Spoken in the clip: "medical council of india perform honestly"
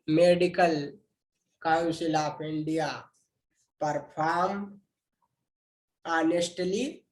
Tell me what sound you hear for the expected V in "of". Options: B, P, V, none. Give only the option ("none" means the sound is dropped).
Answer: P